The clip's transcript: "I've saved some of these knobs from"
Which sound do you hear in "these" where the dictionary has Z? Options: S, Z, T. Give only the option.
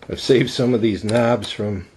Z